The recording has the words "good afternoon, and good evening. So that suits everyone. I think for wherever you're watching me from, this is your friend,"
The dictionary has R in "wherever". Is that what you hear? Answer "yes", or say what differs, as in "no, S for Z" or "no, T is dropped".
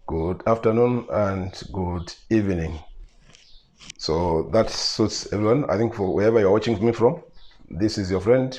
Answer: yes